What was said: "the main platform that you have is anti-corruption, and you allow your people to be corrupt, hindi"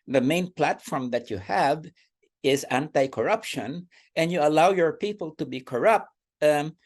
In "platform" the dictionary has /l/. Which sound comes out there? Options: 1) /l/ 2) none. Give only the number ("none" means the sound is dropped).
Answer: 1